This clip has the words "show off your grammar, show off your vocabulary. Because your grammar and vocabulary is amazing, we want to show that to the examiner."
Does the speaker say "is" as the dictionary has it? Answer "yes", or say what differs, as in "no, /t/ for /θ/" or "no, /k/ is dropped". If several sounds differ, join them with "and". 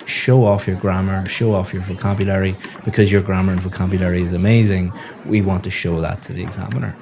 yes